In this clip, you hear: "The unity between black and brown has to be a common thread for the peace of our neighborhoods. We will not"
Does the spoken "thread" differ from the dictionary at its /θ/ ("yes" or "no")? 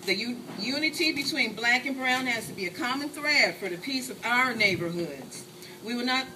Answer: no